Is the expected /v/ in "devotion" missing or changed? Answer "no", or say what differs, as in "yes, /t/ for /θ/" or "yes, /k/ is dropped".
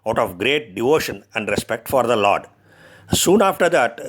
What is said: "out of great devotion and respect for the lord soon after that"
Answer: no